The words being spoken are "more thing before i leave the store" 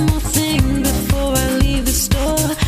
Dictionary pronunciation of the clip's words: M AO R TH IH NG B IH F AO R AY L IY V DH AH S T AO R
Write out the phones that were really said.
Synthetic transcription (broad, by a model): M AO TH IH NG B IH F AO R AY L IY V DH AH S T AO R